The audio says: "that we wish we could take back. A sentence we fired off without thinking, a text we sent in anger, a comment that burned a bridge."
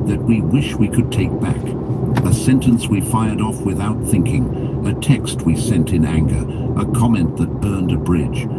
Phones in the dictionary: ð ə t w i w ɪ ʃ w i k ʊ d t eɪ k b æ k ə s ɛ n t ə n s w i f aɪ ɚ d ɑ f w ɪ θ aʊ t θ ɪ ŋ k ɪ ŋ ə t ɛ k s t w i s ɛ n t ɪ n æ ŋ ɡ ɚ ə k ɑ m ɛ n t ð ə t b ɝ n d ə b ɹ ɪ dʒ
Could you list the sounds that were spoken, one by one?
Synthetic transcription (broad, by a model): ð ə t w i w ɪ ʃ w i k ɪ d t eɪ k b æ k ə s ɛ n t ə n s w i f aɪ ɚ d ɑ f w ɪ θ aʊ t θ ɪ ŋ k ɪ ŋ ə t ɛ k s t w i s ɛ n t ɪ n æ ŋ ɡ ɚ ə k ɑ m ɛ n ð ə t b ɝ n d ə b ɹ ɪ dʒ